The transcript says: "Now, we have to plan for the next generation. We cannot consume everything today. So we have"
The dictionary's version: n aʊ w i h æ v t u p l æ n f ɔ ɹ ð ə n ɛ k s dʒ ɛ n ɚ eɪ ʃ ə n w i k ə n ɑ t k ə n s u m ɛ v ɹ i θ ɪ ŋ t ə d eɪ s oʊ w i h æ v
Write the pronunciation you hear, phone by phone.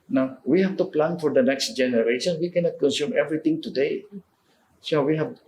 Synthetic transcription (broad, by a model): n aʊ w i h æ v t u p l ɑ n f ɔ ɹ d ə n ɛ k s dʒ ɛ n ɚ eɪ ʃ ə n w i k ə n ɑ t k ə n s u m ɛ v ɹ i t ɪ ŋ t ə d eɪ s oʊ w i h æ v